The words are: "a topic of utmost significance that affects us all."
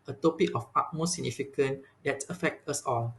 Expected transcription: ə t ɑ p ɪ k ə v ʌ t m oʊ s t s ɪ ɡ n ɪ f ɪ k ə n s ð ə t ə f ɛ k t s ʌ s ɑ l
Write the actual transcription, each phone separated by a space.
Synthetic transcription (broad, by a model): ə t ɑ p ɪ k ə f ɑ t m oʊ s s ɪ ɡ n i f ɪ k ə n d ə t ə f ɛ k t ʌ s ɑ l